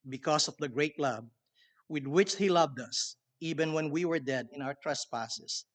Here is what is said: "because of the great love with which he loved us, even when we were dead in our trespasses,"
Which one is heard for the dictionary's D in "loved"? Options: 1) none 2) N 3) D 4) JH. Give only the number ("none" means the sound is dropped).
3